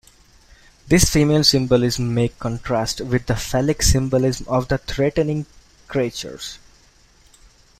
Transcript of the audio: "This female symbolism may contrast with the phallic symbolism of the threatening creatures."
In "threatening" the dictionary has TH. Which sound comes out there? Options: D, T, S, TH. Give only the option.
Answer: T